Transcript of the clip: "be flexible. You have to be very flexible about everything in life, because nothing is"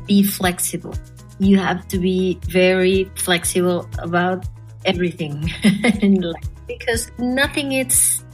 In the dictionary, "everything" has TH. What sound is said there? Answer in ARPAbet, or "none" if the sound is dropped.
TH